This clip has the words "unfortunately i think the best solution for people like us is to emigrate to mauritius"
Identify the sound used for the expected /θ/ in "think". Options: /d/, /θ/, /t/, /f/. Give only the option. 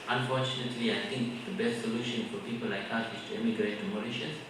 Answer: /t/